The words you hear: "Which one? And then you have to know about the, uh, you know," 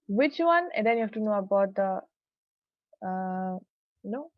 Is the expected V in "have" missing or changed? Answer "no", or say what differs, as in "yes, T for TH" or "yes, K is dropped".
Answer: yes, F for V